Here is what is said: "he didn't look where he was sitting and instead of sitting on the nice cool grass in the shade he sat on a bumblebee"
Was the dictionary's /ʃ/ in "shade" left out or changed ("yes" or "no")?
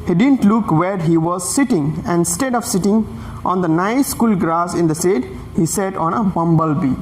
yes